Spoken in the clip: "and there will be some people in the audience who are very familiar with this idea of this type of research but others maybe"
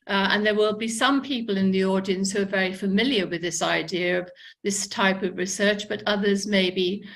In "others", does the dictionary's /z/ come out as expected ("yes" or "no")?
yes